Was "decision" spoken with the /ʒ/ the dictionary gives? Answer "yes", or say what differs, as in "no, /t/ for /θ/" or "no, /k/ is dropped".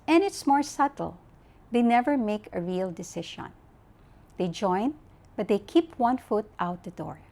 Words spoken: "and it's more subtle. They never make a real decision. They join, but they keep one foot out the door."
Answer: no, /ʃ/ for /ʒ/